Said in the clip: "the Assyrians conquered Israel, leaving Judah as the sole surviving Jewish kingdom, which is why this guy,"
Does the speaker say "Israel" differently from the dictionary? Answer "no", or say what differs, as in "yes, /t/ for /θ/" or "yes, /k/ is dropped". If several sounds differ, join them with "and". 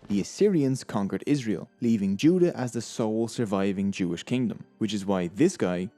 no